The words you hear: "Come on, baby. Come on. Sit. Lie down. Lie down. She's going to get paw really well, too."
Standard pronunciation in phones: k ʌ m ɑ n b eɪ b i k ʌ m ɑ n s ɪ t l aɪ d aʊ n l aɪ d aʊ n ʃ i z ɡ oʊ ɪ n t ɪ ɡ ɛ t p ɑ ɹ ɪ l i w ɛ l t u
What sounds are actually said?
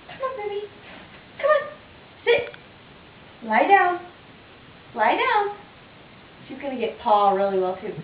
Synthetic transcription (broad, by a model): k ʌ m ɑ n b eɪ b i k ʌ m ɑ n s ɪ t l aɪ d aʊ n l aɪ d aʊ n ʃ i z ɡ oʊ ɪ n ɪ ɡ ɛ t p ɑ ɹ ɪ l i w ɛ l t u